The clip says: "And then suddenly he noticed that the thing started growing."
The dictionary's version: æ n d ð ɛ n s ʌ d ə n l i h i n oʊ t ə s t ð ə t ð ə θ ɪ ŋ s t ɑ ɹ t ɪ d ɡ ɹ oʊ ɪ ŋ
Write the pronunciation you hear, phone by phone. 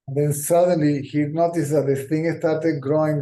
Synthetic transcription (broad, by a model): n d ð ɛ n s ʌ d ə n l i h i n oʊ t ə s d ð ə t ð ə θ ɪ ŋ s t ɑ ɹ t ɪ d ɡ ɹ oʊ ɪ ŋ